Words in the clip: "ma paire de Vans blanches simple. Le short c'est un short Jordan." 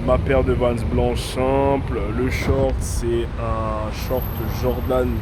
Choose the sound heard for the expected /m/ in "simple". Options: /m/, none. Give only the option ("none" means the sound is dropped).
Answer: none